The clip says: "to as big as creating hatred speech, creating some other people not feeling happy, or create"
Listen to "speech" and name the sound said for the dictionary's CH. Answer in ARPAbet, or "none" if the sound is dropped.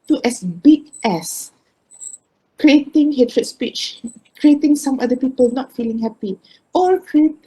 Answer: CH